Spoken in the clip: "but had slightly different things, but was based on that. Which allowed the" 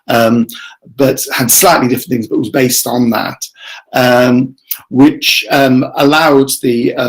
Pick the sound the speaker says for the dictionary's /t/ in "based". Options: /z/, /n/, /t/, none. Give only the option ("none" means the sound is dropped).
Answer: /t/